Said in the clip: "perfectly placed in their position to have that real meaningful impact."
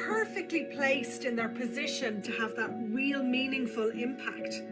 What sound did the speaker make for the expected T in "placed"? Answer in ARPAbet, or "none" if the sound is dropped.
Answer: T